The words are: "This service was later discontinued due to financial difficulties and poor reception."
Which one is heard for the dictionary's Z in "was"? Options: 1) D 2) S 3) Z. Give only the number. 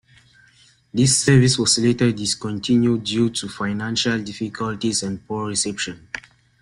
2